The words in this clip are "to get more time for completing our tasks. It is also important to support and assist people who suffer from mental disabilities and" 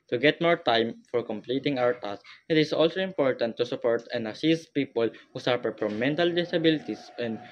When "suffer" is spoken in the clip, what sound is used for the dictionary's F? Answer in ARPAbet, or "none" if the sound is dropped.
P